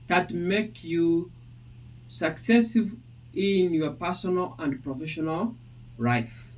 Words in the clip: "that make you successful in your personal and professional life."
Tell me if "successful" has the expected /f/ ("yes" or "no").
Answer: no